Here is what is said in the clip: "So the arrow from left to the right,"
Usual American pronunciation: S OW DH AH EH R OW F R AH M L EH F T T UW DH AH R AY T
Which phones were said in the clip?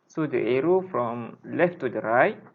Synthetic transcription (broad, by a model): S OW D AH EH R OW F R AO M L EH F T T UW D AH R AY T